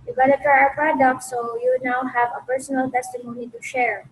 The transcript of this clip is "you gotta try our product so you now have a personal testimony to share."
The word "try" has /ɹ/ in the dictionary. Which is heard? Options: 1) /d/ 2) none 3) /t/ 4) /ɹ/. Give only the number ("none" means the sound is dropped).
2